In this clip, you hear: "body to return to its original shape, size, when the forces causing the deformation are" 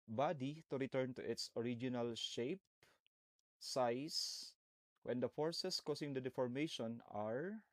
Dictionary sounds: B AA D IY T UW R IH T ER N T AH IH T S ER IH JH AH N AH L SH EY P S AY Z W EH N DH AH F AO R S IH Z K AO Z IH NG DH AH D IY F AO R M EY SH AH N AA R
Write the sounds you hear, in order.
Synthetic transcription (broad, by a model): B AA D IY T UW R IH T ER N T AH IH T S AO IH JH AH N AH L SH EY P S AY S W EH N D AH F AO R S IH S K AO S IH NG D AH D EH F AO R M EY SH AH N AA R